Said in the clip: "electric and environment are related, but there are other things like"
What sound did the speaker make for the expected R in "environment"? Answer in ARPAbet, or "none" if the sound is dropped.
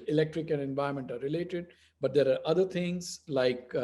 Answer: none